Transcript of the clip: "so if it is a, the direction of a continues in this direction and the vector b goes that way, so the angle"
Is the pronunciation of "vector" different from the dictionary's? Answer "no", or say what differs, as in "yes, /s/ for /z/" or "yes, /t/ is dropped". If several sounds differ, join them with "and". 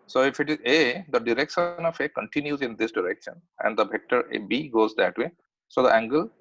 yes, /b/ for /v/